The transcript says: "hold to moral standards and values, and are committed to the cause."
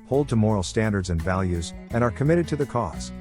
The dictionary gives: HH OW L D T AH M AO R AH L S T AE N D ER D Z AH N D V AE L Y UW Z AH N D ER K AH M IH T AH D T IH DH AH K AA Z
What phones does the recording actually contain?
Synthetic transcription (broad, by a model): HH OW L D T AH M AO R L S T AE N D ER D Z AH N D V AE L Y UW Z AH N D ER K AH M IH T AH D T IH DH AH K AA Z